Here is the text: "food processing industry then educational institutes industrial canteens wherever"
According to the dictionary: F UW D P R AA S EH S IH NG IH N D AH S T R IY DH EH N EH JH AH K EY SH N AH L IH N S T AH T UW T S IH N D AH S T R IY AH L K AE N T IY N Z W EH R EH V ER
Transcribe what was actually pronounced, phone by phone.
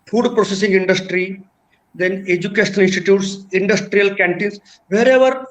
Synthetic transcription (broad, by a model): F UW D P R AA S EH S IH NG IH N D AH S T R IY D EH N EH JH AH K EY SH AH N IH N S T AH T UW T S IH N D AH S T R IY AH L K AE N T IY N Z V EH R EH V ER